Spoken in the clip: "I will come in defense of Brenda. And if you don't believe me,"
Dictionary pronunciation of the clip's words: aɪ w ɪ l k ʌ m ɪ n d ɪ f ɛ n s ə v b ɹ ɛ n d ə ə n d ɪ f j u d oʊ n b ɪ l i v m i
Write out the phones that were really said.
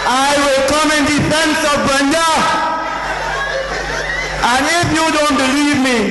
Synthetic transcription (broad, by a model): aɪ w ɪ l k ʌ m ɪ n d ɪ f ɛ n s ə v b ɛ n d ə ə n ɪ f j u d oʊ n b ɪ l i v m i